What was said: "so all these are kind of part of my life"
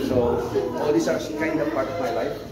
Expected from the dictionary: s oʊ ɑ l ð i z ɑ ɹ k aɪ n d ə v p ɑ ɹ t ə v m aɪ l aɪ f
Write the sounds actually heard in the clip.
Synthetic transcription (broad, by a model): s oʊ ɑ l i s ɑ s k aɪ n d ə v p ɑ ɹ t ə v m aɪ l aɪ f